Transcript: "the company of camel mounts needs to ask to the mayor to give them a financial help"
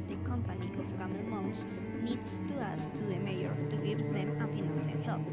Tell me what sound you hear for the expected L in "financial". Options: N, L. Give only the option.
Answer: N